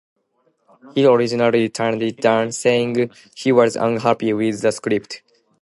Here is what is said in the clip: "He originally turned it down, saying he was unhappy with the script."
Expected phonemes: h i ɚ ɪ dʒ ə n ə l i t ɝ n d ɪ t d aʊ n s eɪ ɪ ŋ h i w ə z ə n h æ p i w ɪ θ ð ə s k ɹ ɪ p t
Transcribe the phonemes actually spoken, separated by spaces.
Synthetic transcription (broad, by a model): h i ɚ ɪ dʒ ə n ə l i t ɝ n d ɪ t d aʊ n s eɪ ɪ ŋ h i w ə z ə n h æ p i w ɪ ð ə s k ɹ ɪ p t